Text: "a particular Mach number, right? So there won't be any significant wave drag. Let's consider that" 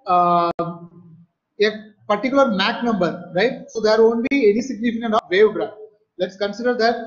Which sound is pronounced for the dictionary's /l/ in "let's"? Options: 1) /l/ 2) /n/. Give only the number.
1